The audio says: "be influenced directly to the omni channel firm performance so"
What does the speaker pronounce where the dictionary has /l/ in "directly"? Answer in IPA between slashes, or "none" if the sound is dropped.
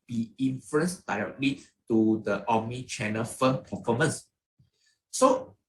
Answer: /l/